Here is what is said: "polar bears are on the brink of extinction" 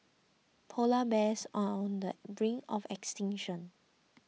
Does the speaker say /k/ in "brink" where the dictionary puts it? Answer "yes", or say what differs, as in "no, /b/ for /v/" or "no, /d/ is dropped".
no, /k/ is dropped